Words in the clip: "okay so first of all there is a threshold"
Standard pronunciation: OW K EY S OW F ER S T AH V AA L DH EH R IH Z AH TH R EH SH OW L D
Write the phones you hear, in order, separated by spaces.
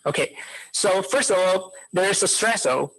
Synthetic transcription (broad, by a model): OW K EY S OW F ER S T AH V AA L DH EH R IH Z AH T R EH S OW